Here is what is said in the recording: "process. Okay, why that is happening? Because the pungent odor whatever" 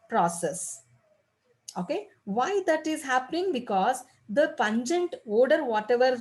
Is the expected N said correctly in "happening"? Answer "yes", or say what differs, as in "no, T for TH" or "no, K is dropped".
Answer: yes